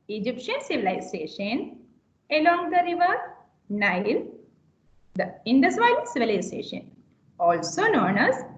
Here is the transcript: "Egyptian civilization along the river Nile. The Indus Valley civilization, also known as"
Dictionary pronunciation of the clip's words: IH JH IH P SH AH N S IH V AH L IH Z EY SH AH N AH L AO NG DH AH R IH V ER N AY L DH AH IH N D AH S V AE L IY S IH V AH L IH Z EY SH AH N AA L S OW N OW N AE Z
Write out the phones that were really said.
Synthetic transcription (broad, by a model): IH JH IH P SH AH N S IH V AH L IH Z EY SH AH N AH L AO NG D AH R IH V ER N AY L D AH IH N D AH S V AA IY S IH V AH L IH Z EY SH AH N AA L S OW N OW N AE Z